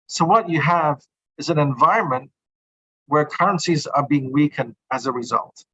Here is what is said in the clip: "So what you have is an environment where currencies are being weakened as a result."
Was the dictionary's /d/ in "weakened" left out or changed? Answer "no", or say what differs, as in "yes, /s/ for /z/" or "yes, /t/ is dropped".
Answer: no